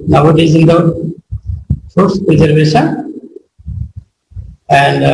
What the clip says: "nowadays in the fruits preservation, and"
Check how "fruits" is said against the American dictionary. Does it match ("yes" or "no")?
no